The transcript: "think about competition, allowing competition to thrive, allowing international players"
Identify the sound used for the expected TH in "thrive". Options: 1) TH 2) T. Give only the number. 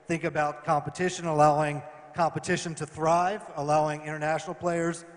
1